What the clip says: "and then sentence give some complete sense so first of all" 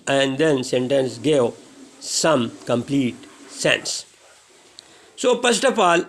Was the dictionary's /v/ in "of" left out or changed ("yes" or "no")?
yes